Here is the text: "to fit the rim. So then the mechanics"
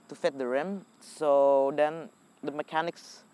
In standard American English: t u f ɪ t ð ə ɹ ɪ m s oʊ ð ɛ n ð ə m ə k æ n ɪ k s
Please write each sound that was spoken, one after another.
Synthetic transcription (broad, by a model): t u f ɪ t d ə ɹ ɪ m s oʊ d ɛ n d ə m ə k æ n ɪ k s